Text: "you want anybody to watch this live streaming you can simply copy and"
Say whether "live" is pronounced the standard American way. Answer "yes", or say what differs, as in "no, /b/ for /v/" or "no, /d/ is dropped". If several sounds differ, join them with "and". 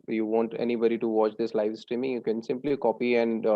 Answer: yes